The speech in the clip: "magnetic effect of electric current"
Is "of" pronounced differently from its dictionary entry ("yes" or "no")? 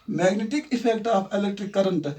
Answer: yes